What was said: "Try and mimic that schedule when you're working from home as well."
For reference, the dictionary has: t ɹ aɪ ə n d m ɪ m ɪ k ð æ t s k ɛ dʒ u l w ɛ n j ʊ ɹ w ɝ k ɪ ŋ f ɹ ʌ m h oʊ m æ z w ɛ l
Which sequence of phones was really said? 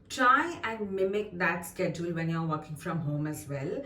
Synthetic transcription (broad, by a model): t ɹ aɪ ə n d m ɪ m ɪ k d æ t s k ɛ dʒ u l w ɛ n j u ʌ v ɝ k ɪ ŋ f ɹ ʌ m h oʊ m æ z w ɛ l